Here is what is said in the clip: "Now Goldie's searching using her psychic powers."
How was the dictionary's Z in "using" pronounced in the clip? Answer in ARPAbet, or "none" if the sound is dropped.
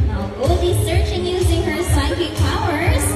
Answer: Z